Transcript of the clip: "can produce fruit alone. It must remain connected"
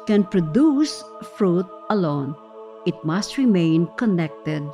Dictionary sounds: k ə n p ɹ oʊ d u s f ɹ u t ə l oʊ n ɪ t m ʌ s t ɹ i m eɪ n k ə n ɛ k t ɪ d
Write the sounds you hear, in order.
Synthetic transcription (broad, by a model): k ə n p ɹ oʊ d u s f ɹ u t ə l oʊ n ɪ t m ʌ s t ɹ i m eɪ n k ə n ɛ k t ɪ d